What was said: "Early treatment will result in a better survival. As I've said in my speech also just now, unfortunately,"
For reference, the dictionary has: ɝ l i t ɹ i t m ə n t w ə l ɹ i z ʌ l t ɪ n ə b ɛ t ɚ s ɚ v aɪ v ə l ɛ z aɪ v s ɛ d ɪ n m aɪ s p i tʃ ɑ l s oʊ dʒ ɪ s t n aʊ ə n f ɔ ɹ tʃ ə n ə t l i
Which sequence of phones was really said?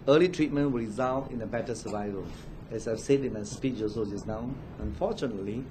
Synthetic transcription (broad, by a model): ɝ l i t ɹ i t m ə n t w ə l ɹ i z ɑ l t ɪ n ə b ɛ t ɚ s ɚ v aɪ v ə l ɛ s aɪ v s ɛ d ɪ n m aɪ s p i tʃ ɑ s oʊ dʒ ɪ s n aʊ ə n f ɔ tʃ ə n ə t l i